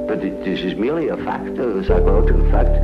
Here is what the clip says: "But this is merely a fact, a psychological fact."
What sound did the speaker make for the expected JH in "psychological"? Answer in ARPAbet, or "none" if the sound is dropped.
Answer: none